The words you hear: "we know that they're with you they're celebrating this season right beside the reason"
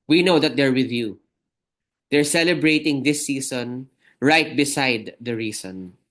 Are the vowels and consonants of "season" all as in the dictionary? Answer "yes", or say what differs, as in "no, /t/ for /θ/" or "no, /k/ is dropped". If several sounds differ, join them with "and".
no, /s/ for /z/